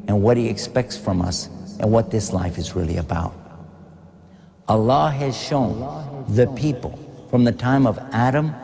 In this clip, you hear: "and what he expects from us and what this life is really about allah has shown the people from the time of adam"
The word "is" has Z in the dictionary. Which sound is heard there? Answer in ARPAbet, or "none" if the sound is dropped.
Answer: Z